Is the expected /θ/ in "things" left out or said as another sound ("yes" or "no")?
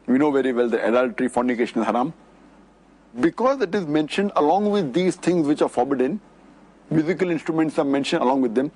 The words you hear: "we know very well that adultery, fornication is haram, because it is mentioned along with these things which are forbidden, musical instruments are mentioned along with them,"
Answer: yes